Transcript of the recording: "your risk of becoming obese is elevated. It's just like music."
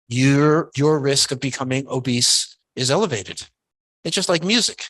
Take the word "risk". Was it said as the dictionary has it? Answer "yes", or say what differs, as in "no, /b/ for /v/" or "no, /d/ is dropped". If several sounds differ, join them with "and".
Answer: yes